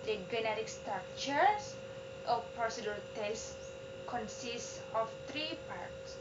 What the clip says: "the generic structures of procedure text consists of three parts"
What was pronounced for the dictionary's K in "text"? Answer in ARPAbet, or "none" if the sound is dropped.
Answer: none